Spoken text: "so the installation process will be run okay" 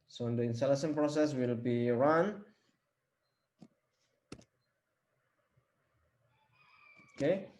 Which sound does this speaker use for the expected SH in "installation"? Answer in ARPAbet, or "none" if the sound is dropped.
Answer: S